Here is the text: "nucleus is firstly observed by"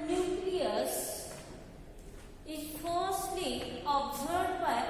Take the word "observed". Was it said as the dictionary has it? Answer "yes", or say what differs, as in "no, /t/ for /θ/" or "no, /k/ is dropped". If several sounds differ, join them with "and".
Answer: no, /v/ is dropped